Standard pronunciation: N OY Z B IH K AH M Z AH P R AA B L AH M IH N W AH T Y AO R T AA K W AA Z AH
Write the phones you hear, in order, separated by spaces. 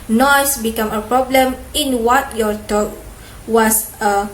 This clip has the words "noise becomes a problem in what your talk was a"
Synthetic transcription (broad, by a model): N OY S B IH K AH M AH P R AA B L AH M IH N W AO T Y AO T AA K W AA S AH